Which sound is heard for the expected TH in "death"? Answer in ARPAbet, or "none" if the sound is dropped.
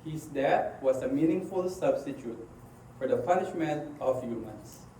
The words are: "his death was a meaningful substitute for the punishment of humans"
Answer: T